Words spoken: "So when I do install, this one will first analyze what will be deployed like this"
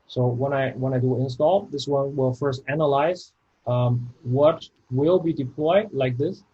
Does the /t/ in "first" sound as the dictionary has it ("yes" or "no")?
yes